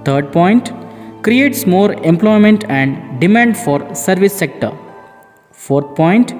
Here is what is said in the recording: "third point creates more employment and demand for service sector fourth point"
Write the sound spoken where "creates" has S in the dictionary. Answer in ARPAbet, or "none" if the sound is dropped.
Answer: S